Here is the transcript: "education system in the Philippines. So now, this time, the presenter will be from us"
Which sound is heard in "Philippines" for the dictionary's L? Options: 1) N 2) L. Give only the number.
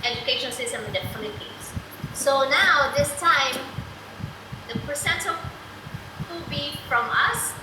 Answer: 1